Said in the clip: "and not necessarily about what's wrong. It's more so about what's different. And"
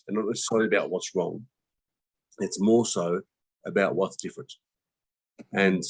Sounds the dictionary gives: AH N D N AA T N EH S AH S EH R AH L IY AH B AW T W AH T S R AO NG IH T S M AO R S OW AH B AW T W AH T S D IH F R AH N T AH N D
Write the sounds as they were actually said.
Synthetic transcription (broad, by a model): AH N N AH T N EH S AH S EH AH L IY AH B AW T W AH T S R AO NG IH T S M AO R S OW AH B AW T W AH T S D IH F AH T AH N